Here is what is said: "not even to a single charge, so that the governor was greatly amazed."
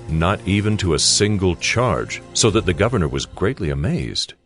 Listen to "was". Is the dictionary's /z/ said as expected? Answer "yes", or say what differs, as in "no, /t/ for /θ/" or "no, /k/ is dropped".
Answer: yes